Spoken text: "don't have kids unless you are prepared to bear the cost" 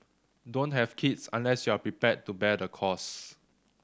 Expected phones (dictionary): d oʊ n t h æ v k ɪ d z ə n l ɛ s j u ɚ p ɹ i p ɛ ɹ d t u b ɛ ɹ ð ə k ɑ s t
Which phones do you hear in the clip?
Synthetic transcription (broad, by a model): d oʊ n t h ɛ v k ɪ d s ə n l ɛ s j u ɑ p ɹ i p ɛ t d t u b ɛ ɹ ə k ɑ s